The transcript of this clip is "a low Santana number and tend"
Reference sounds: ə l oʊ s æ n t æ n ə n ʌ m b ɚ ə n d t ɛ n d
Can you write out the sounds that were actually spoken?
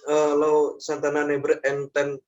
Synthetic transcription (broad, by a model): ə l oʊ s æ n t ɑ n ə n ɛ b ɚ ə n t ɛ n